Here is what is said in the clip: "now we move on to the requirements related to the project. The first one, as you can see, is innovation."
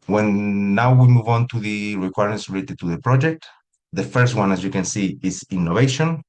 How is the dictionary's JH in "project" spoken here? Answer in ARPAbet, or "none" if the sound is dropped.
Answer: JH